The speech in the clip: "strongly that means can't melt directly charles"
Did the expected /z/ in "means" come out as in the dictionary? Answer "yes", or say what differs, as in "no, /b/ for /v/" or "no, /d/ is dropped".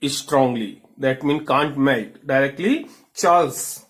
no, /z/ is dropped